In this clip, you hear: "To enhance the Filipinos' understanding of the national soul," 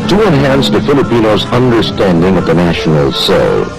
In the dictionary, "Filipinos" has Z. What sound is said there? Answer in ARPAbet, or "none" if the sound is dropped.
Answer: Z